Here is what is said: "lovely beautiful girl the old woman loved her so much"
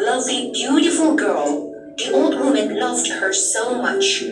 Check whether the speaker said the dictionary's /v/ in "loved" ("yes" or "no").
yes